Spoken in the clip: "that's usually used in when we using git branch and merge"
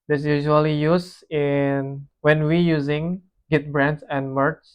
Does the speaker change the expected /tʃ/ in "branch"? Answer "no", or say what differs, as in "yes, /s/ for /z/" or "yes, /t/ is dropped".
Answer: yes, /s/ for /tʃ/